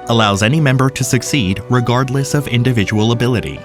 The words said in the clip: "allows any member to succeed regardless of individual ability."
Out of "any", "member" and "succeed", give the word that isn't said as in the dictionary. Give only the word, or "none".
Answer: none